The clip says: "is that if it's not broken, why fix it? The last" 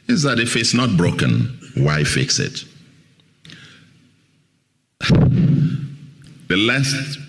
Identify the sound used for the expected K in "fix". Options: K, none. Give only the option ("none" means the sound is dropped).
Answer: K